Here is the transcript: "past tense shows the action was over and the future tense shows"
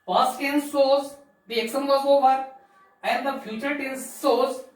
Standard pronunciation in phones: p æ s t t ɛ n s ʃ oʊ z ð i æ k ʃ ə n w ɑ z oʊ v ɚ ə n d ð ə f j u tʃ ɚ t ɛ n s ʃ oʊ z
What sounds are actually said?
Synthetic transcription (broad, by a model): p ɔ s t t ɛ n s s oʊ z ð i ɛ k s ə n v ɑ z oʊ v ɚ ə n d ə f j u tʃ ɚ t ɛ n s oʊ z